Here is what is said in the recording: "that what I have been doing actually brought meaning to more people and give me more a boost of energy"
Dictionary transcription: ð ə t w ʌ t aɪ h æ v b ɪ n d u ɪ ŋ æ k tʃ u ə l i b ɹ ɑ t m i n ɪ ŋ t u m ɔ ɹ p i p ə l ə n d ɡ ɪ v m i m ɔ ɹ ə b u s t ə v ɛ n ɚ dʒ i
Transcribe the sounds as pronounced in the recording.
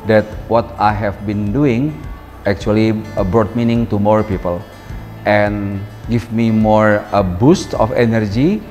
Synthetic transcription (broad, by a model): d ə t w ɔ t aɪ h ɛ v b ɪ n d u ɪ ŋ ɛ k tʃ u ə l i b ɹ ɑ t m i n ɪ ŋ t u m ɔ ɹ p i p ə l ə n ɡ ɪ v m i m ɔ ɹ ə b u s t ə f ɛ n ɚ dʒ i